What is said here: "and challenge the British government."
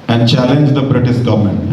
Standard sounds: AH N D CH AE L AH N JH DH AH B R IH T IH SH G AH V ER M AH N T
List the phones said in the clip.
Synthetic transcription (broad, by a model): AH N D CH AE L AH N JH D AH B R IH T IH S G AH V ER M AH N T